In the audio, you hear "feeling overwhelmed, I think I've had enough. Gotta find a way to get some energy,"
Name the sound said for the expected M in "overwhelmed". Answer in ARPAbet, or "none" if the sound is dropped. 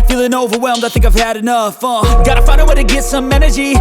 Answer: M